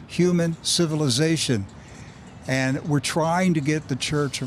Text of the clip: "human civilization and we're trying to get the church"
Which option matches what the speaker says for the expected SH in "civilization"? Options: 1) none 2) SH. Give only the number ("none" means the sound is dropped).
2